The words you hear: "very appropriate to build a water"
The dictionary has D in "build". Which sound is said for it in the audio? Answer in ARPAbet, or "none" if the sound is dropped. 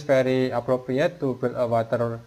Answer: none